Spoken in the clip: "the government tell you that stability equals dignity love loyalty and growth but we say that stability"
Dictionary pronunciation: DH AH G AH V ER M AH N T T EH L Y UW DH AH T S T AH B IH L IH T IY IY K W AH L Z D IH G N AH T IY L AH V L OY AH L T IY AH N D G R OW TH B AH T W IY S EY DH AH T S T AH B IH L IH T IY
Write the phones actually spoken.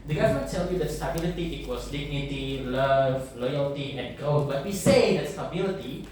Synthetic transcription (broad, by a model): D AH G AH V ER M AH T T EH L Y UW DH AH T S T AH B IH L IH T IY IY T W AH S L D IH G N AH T IY L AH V L OY AH L T IY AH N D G OW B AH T W IY S EY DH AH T S T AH B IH L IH T IY